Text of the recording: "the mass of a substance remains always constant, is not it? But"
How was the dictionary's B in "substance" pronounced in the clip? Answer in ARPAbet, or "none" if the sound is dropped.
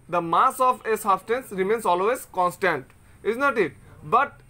none